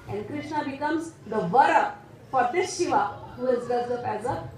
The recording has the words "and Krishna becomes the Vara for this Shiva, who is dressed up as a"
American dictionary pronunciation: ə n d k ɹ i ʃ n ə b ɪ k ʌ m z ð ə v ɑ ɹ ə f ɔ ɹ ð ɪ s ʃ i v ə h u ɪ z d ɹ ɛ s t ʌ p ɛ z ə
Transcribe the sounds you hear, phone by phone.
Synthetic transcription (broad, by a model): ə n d k ɹ i ʃ n ə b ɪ k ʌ m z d ə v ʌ ɹ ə f ɔ ɹ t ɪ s ʃ i v ə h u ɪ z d ɛ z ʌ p ɛ z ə